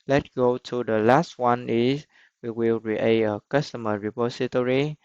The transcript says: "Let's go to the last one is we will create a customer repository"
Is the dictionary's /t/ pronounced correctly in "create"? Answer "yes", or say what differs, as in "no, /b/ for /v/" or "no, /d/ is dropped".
no, /t/ is dropped